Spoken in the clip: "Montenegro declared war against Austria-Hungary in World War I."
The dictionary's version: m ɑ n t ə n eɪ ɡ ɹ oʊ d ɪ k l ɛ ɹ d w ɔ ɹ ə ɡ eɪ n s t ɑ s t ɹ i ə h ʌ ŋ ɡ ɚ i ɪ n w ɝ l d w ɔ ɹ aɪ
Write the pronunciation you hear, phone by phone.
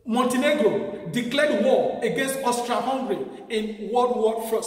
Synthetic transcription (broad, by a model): m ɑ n t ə n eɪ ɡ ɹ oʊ d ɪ k l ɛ d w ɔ ə ɡ eɪ n s t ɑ s t ɹ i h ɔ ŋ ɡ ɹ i ɪ n w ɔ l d w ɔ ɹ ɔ